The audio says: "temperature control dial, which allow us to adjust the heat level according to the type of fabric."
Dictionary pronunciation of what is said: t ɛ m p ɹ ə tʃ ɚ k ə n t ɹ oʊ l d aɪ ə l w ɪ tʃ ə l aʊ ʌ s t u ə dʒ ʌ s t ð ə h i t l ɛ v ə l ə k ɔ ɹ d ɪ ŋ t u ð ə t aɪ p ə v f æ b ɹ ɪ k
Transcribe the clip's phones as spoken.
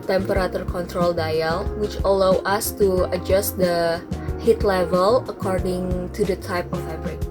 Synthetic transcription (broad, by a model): t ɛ m p ɹ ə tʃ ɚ k ə n t ɹ oʊ l d aɪ ə l w ɪ tʃ ə l aʊ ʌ s t u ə dʒ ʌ s t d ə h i t l ɛ v ə l ə k ɔ ɹ d ɪ ŋ t u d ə t aɪ p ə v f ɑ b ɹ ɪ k